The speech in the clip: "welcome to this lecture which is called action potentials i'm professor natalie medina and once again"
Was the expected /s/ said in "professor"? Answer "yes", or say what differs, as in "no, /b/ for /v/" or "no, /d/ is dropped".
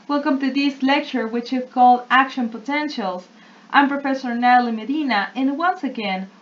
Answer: yes